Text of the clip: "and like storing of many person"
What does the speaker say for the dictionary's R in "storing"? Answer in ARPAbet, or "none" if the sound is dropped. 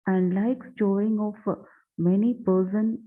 none